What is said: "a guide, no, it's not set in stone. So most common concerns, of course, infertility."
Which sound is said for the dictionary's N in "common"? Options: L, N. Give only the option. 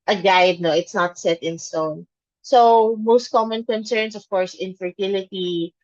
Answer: N